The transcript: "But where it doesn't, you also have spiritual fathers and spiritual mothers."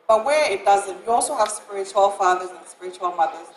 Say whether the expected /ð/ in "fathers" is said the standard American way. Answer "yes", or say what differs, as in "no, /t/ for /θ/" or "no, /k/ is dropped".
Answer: yes